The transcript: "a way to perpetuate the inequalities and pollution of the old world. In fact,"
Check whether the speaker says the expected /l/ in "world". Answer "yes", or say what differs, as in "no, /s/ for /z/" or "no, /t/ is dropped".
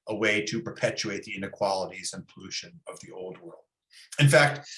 yes